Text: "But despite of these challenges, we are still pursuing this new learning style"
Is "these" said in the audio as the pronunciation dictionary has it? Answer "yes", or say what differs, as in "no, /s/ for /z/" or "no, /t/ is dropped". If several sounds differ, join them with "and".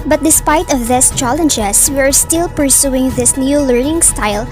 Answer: no, /s/ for /z/